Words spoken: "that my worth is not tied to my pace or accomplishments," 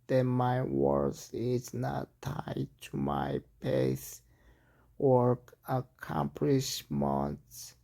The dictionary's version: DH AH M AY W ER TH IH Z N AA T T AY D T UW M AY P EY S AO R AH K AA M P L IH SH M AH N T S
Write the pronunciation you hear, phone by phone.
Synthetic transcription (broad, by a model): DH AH M AY W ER S IH Z N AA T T AY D T UW M AY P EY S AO R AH K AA M P L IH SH M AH N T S